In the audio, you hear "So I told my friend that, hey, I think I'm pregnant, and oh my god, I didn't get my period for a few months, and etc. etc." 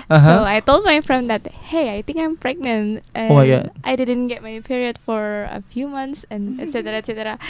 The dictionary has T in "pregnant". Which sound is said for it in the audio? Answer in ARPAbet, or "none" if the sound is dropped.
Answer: T